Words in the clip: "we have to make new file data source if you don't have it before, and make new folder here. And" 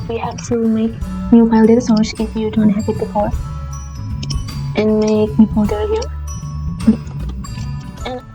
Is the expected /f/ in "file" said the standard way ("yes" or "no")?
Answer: no